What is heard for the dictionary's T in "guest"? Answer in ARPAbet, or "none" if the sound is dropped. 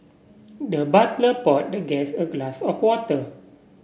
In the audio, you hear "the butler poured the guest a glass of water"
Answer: none